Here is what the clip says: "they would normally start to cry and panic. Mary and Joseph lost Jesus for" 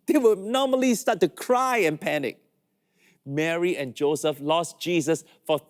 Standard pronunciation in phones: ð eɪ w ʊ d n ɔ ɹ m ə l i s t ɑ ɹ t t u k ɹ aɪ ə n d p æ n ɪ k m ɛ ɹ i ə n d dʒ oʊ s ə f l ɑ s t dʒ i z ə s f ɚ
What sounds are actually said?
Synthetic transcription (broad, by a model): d eɪ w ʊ n ɔ m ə l i s t ɑ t t u k ɹ aɪ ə n p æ n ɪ k m ɛ ɹ i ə n dʒ oʊ s ə f l ɑ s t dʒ i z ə s f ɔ